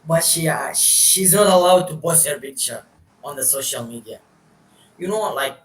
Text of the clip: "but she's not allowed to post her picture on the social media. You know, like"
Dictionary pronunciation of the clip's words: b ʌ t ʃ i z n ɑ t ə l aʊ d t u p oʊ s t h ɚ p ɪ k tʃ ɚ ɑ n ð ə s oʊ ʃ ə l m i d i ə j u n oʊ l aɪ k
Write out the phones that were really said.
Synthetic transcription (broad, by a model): b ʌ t ʃ i z n ɑ t ə l aʊ d t u b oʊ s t h ɚ p ɪ k tʃ ɚ ɑ n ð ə s oʊ ʃ ə l m i d i ə j u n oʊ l aɪ k